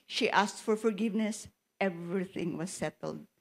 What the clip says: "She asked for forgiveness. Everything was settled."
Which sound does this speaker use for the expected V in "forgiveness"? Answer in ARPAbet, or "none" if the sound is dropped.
V